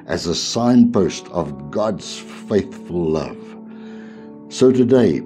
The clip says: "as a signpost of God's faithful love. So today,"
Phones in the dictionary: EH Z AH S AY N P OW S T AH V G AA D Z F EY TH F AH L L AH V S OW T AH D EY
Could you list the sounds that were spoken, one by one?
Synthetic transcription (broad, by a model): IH Z AH S AY N P OW S T AH V G AA D Z F EY TH F AH L L AH V S OW T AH D EY